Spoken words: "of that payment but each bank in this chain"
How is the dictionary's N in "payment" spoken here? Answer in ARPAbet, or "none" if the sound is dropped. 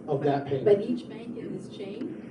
none